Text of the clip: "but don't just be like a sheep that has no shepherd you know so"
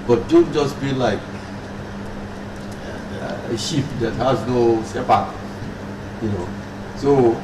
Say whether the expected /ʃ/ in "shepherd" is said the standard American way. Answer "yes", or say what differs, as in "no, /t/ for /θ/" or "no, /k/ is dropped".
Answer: no, /s/ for /ʃ/